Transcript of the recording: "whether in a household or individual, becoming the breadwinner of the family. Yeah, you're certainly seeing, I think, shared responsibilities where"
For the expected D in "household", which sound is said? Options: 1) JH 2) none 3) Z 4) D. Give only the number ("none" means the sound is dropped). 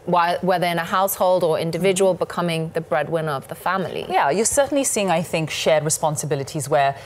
4